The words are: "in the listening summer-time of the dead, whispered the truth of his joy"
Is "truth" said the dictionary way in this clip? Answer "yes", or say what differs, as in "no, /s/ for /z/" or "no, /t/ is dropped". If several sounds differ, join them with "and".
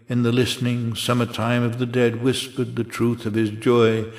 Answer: yes